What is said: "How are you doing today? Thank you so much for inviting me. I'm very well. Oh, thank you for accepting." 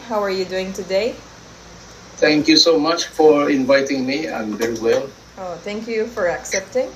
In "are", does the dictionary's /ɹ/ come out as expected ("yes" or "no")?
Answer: yes